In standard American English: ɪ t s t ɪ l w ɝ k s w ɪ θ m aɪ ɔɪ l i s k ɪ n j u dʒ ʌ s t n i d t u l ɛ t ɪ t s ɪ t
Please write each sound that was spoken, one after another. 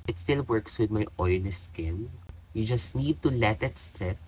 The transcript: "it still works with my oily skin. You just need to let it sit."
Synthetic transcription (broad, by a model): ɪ t s t ɪ l w ɝ k s w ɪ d m aɪ ɔɪ n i s k ɪ n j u dʒ ʌ s t n i d t u l ɛ t ɪ t s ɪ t